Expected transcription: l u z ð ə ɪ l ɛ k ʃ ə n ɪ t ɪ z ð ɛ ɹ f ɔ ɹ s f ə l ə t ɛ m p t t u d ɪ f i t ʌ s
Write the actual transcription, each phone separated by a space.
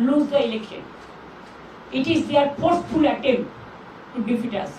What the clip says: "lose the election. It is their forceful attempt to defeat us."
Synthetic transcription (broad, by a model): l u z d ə ɪ l ɛ k ʃ ə n ɪ t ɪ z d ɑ ɹ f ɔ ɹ s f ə l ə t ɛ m t t u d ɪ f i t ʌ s